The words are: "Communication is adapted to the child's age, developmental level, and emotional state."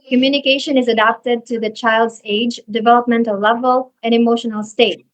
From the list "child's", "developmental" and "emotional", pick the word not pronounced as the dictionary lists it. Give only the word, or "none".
none